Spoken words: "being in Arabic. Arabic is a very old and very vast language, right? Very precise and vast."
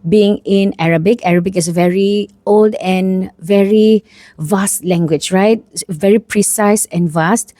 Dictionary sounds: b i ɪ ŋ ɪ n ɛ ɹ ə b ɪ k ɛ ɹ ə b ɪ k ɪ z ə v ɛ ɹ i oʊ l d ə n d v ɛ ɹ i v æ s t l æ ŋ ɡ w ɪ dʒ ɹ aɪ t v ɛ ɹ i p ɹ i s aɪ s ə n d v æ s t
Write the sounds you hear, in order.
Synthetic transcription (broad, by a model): b i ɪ ŋ ɪ n ɛ ɹ ə b ɪ k ɛ ɹ ə b ɪ k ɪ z ə v ɛ ɹ i oʊ l d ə n v ɛ ɹ i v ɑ s t l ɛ ŋ ɡ w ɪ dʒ ɹ aɪ t v ɛ ɹ i p ɹ i s aɪ s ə n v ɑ s t